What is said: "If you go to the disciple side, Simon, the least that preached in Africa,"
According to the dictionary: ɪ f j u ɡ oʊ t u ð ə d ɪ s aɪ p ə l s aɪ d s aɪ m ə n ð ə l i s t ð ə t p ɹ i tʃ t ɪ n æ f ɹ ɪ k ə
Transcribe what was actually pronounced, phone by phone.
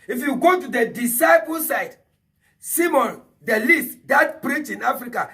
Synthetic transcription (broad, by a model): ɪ f j u ɡ oʊ t u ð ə d ɪ s aɪ p ə l s aɪ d s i m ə n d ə l i s t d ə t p ɹ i tʃ ɪ n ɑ f ɹ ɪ k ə